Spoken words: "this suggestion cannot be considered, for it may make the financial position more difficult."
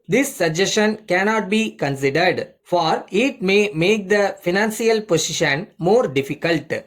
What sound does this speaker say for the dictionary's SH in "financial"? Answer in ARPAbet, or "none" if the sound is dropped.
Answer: S